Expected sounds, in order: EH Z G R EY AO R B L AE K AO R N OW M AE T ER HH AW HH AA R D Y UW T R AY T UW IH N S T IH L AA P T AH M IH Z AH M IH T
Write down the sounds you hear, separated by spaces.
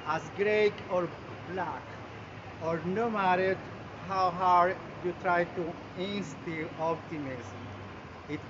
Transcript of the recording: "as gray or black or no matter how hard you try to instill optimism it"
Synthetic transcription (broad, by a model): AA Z G R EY AO R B L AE K AO R N OW M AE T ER HH AW HH AA R D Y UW T R AY T UW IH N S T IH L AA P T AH M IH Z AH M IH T